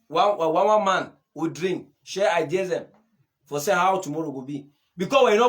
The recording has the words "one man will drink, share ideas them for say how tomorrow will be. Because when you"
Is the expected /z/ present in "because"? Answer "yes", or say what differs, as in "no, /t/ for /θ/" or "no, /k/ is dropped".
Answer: no, /z/ is dropped